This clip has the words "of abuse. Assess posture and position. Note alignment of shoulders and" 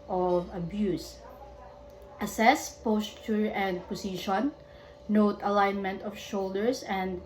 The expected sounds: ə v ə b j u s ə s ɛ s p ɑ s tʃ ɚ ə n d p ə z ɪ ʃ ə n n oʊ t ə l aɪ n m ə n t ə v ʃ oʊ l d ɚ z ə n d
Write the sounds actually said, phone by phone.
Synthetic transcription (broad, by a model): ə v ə b j u s ə s ɛ s p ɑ s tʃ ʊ ə n d p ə s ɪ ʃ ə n n oʊ t ə l aɪ n m ə n t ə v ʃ oʊ l d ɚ s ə n d